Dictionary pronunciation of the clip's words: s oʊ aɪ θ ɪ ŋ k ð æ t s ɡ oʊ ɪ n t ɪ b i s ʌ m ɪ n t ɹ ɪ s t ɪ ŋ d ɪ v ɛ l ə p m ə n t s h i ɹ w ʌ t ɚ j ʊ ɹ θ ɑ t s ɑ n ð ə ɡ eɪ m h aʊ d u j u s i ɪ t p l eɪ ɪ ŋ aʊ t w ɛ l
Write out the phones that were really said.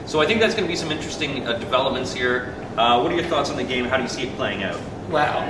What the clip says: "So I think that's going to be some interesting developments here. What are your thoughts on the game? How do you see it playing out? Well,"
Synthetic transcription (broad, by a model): s oʊ aɪ θ ɪ ŋ k ð æ t s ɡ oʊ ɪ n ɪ b i s ʌ m ɪ n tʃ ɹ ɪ s t ɪ ŋ d ɪ v ɛ l ə p m ə n t s h i ɹ w ʌ t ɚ j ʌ ɹ θ ɑ t s n ð ə ɡ eɪ m h aʊ d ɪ j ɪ s i ɪ t p l eɪ ɪ ŋ aʊ t w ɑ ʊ